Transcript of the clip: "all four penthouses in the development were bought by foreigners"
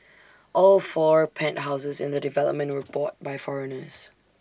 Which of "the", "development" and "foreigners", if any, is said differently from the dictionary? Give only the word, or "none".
none